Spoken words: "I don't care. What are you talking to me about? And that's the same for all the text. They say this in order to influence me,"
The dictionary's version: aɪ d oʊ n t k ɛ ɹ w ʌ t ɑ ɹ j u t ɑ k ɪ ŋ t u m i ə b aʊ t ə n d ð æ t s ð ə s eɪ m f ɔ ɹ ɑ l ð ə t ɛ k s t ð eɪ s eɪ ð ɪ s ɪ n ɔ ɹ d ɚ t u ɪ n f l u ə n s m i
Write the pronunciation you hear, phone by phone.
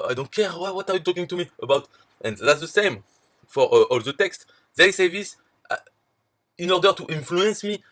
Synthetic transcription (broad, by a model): aɪ d oʊ n t k ɛ w w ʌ t ɑ ɹ j u t ɑ k ɪ ŋ t u m i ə b aʊ t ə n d ð æ t s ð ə s eɪ m f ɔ ɹ ɑ l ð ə t ɛ k s t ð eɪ s eɪ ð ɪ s ɪ n ɔ ɹ d ɚ t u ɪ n f l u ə n s m i